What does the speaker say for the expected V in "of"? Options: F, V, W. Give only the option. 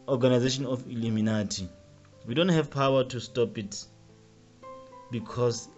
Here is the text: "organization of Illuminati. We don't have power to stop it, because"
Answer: F